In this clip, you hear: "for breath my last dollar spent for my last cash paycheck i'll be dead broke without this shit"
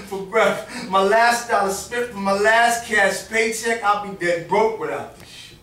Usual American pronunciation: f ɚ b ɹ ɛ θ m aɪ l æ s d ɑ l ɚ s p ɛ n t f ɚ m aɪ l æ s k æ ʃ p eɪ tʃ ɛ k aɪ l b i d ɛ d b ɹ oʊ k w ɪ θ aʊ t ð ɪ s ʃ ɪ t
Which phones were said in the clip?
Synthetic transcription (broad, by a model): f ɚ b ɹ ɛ f m aɪ l æ s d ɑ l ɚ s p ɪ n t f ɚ m aɪ l æ s k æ s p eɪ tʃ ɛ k aɪ l b i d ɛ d b ɹ oʊ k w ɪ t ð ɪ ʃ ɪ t